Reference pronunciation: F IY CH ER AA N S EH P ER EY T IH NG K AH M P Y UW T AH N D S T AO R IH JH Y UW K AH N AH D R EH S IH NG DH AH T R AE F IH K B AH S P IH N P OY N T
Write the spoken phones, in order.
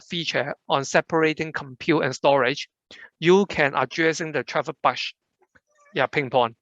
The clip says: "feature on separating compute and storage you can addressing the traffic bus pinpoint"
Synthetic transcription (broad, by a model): F IY CH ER AA N S EH P ER EY T IH NG K AH M P Y UW T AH N S T AO R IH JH Y UW K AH N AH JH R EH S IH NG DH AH T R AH P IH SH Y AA P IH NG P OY N